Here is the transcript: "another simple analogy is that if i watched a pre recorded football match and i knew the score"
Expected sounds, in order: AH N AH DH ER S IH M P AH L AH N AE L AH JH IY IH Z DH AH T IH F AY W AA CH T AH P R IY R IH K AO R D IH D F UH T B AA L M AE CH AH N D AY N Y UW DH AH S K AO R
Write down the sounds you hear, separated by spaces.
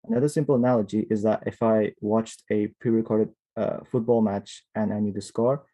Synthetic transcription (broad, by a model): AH N AH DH ER S IH M P L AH N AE L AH JH IY IH Z DH AH T IH F AY W AA CH T AH P R IY R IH K AO R D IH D F UH T B AA L M AE CH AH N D AY N Y UW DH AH S K AO R